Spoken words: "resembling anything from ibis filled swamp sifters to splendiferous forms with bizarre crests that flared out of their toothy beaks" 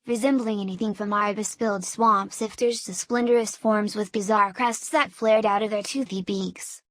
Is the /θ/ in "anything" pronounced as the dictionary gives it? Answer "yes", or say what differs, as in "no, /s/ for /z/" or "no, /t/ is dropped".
yes